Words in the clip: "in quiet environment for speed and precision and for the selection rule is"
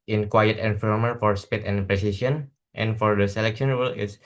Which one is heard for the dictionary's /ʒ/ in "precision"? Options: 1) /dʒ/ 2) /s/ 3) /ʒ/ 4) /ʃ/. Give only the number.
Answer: 2